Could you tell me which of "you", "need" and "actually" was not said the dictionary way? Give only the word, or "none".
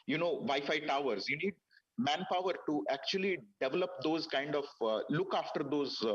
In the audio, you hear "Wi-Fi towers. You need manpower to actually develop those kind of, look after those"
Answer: none